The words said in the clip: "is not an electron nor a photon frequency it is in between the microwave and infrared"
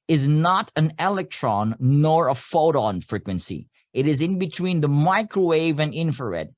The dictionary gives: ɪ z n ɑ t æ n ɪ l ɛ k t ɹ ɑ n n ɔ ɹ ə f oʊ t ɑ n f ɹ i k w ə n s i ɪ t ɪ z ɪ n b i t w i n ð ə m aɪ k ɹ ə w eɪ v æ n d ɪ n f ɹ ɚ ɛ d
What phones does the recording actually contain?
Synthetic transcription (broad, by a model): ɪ z n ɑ t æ n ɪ l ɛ k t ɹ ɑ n n ɔ ɹ ə f oʊ t ɑ n f ɹ i k w ə n s i ɪ t ɪ z ɪ n b i t w i n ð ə m aɪ k ɹ ə w eɪ v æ n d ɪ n f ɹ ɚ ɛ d